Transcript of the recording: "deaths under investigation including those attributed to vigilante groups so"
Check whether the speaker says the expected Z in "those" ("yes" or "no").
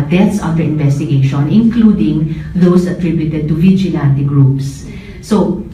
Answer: no